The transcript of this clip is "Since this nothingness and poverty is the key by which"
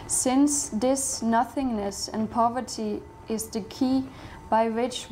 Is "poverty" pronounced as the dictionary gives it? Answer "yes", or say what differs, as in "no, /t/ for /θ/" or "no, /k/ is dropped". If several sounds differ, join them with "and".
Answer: yes